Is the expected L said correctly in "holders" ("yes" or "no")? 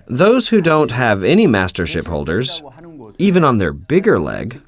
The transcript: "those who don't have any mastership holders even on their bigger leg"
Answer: yes